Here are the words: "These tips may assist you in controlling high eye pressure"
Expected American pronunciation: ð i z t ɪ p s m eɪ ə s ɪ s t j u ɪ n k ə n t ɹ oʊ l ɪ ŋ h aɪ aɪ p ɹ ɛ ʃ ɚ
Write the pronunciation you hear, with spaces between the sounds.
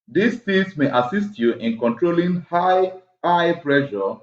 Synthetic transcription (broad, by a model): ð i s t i s m eɪ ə s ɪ s t j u ɪ n k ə n t ɹ oʊ l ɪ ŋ h aɪ aɪ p ɹ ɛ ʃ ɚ